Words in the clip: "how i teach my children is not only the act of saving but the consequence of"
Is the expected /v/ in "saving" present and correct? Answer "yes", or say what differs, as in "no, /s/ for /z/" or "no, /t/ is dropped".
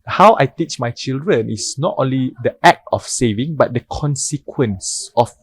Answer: yes